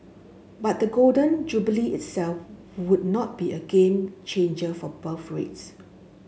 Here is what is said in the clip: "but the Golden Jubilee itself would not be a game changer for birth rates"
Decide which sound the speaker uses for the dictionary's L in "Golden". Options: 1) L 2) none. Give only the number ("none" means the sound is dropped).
1